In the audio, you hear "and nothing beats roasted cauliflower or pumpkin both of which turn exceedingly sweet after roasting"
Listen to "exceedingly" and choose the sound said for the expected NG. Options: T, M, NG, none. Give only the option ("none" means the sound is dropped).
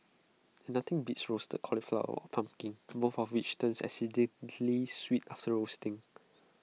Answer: none